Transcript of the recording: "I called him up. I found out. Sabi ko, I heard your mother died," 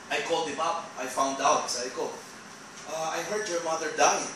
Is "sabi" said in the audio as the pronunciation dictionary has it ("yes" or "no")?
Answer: no